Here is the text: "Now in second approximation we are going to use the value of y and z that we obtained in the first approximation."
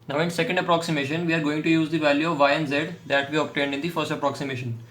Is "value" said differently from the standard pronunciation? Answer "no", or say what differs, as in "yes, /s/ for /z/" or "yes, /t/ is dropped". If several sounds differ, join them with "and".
no